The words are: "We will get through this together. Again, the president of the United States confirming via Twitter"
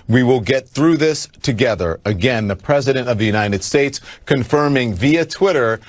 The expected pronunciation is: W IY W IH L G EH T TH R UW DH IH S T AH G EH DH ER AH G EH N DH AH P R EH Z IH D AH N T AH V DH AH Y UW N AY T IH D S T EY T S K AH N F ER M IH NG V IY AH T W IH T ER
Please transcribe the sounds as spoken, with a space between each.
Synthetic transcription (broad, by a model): W IY W IH L G EH T TH R UW DH IH S T AH G EH DH ER AH G EH N DH AH P R EH Z IH D AH N T AH V DH AH Y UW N AY T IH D S T EY T S K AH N F ER M IH NG V IY AH T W IH T ER